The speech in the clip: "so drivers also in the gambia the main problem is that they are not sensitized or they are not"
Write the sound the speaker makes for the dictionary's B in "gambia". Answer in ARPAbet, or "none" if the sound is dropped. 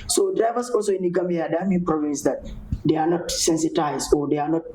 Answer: none